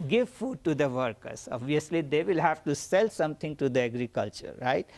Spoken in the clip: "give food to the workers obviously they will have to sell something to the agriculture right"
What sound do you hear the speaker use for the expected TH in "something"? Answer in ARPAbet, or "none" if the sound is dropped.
T